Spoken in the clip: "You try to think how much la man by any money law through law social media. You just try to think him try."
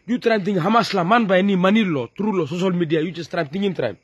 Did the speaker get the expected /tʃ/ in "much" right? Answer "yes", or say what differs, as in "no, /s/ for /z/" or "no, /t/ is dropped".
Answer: no, /s/ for /tʃ/